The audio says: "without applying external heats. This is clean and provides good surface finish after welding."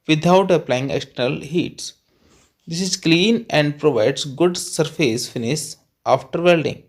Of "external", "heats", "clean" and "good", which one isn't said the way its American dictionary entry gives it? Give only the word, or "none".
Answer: external